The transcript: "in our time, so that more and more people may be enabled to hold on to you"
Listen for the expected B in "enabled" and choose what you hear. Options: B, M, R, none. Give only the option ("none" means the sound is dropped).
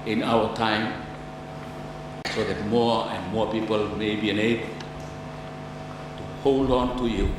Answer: none